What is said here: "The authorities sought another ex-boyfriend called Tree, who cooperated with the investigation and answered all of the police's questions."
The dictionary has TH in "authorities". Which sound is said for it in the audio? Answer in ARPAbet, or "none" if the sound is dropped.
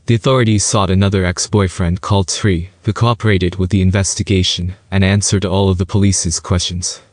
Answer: TH